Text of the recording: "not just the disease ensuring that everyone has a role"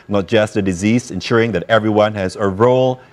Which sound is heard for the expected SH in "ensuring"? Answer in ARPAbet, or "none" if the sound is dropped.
SH